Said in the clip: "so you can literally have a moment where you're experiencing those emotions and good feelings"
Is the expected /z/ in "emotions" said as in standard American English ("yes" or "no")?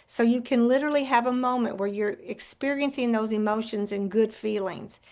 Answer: yes